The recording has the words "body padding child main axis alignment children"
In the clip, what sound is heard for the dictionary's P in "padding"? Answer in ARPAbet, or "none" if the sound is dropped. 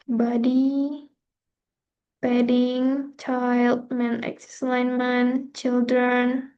B